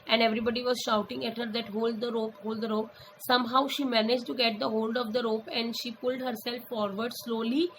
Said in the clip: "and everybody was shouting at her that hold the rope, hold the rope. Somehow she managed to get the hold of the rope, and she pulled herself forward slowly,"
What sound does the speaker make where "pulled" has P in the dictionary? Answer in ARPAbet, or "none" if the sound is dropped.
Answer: P